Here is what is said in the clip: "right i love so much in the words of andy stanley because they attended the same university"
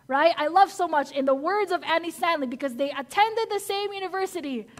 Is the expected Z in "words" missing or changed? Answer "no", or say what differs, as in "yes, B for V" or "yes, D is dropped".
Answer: no